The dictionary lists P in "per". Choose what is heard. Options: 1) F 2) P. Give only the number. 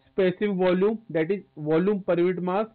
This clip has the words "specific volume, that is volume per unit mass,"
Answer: 2